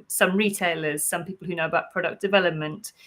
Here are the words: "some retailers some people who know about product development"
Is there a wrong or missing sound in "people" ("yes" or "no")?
no